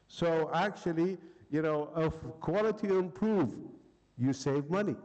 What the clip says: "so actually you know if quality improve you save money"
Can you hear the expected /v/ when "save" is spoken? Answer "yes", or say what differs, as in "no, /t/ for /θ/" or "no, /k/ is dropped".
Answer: yes